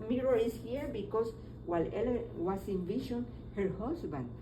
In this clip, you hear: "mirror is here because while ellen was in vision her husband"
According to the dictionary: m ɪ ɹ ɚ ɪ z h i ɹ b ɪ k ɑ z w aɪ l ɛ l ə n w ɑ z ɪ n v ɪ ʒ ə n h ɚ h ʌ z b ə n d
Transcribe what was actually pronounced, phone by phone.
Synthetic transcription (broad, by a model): m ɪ ɹ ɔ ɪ s h i ɹ b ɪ k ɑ s w aɪ l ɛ l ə w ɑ s ɪ n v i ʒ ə n h ɚ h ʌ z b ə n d